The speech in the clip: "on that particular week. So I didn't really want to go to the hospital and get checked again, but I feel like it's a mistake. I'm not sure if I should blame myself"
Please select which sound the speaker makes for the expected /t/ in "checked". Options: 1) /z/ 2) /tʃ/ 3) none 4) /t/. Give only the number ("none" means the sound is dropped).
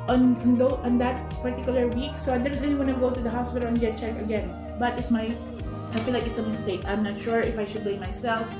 3